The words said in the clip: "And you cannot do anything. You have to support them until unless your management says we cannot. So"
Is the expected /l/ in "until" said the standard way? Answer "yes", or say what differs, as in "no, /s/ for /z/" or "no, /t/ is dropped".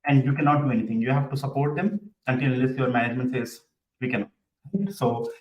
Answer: no, /n/ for /l/